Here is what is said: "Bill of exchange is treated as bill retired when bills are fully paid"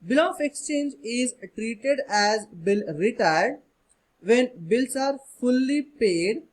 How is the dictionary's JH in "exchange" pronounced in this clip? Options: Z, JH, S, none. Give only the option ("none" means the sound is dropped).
JH